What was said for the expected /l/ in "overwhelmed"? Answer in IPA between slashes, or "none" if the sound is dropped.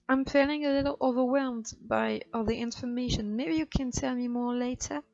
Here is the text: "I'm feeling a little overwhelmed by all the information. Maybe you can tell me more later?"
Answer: /l/